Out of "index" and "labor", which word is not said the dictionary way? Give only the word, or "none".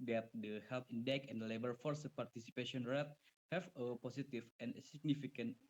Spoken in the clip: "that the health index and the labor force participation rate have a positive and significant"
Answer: index